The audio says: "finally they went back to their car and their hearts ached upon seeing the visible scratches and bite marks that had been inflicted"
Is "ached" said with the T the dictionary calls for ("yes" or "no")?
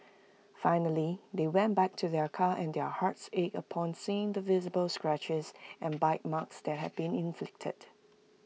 no